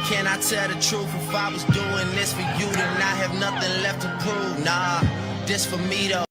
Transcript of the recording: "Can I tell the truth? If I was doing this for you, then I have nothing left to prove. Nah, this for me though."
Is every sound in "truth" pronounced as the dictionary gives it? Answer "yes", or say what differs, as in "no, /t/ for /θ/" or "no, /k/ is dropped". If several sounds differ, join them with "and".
no, /f/ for /θ/